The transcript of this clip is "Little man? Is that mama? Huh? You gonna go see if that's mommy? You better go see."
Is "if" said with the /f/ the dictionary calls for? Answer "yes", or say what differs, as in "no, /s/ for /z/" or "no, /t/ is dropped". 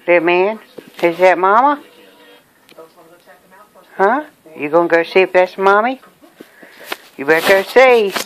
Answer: no, /p/ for /f/